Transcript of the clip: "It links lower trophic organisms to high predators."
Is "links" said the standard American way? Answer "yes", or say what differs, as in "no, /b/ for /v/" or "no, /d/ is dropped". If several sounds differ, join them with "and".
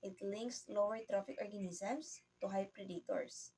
yes